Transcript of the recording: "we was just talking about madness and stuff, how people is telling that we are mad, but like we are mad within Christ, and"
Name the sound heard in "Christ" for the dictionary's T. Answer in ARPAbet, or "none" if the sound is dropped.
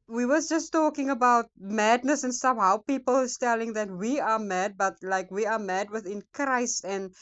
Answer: T